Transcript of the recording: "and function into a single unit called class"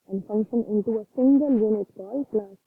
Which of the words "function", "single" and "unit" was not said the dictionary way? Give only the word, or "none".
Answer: none